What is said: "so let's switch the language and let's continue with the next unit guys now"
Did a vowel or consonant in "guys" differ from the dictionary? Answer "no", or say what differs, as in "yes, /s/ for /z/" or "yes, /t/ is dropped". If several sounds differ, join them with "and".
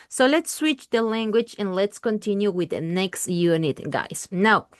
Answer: yes, /s/ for /z/